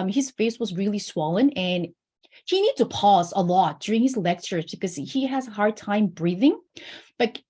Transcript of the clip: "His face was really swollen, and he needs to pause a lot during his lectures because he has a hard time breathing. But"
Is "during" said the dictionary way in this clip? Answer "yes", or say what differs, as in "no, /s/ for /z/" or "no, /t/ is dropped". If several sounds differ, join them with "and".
yes